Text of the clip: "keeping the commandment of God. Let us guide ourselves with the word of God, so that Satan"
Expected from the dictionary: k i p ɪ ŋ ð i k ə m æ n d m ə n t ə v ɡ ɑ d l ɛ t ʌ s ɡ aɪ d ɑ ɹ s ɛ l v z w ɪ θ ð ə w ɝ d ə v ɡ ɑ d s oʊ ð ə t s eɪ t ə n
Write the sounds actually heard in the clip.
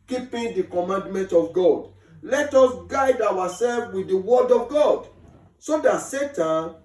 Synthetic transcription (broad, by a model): k i p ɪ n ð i k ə m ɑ n d m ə n t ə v ɡ ɑ d l ɛ t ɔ s ɡ aɪ d ɑ w s ɛ l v w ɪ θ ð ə w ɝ d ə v ɡ ɑ d s oʊ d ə t s eɪ t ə n